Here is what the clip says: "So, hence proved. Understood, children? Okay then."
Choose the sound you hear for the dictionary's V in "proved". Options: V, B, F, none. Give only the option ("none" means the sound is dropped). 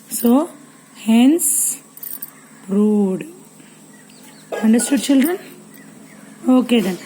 none